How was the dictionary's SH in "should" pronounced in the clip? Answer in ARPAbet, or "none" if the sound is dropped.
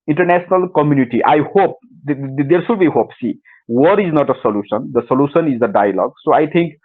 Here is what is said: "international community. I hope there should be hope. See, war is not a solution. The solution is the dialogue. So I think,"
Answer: S